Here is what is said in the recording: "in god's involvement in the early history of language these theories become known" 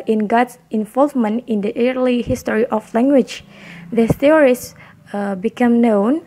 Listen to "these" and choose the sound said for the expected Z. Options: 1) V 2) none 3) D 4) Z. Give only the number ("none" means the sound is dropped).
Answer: 2